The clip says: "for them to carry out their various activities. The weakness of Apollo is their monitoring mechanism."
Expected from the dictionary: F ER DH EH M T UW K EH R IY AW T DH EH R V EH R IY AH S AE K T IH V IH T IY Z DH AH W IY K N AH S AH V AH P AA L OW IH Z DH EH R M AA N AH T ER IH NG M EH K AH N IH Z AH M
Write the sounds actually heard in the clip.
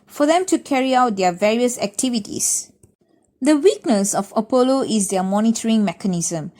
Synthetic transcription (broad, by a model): F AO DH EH M T UW K EH R IY AW T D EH V EH R IY AH S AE K T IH V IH T IY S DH AH W IY K N AH S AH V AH P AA L OW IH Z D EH M AA N AH T ER IH NG M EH K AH N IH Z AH M